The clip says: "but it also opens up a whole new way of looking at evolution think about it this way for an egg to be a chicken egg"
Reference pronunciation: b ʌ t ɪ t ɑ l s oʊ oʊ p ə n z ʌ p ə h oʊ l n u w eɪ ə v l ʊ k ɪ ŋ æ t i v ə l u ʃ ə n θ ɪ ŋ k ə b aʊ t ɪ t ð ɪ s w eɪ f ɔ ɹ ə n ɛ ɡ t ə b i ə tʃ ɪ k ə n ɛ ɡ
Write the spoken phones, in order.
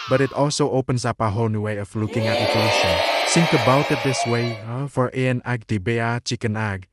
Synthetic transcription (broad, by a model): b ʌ t ɪ t ɑ l s oʊ oʊ p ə n s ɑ p ə h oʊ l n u w eɪ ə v l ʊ k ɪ ŋ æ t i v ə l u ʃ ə n s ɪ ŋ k ə b aʊ t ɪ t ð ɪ s w eɪ f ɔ ɹ ə n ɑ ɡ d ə b i ə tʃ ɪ k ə n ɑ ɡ